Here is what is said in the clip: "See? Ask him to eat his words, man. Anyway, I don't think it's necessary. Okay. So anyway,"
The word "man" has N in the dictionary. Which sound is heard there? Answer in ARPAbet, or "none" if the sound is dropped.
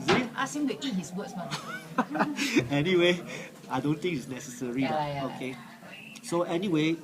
none